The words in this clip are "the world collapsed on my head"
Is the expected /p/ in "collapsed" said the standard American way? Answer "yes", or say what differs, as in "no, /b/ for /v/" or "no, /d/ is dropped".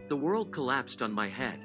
yes